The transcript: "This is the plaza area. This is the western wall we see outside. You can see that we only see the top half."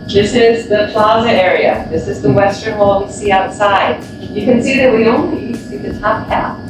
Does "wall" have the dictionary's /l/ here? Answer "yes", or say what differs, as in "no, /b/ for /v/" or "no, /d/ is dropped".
yes